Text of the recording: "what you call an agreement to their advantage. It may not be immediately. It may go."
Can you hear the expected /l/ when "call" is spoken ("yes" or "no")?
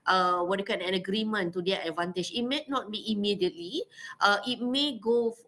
no